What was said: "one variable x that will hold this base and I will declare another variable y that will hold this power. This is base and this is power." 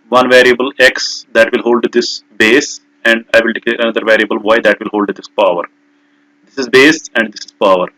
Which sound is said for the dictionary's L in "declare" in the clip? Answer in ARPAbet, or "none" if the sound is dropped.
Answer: none